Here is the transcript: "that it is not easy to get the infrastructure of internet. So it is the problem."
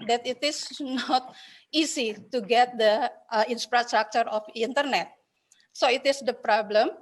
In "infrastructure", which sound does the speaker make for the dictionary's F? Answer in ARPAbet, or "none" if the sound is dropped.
P